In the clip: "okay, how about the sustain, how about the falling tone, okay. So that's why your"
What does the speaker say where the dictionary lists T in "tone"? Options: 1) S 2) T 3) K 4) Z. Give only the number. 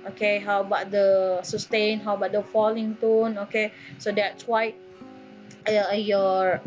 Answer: 2